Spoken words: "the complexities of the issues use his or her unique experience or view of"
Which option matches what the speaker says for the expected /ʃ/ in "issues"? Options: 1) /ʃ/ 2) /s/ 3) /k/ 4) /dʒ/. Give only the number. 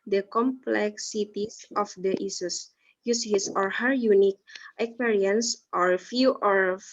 2